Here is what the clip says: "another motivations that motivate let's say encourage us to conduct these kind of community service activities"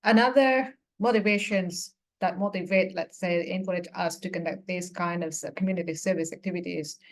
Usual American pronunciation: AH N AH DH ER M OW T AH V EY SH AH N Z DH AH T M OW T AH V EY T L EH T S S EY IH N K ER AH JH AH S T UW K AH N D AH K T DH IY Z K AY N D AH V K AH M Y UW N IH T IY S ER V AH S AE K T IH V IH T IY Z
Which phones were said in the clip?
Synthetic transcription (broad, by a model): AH N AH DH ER M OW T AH V EY SH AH N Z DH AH T M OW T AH V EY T L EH T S S EY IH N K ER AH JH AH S T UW K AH N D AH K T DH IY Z K AY N D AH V K AH M Y UW N IH T IY S ER V AH S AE K T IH V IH T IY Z